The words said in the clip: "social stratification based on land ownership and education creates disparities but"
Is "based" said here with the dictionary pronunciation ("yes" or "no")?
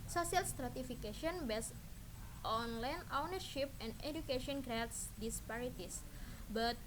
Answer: yes